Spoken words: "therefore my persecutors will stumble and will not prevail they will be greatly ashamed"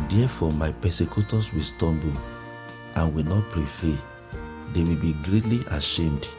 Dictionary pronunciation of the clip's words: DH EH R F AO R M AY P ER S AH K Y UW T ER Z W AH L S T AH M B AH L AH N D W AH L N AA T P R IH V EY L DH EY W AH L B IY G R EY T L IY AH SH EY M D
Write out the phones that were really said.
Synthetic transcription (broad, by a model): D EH F AO M AY P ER S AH K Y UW T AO S W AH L S T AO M B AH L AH N W AH L N AA T P R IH F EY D EY W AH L B IY G R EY T L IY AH SH EY M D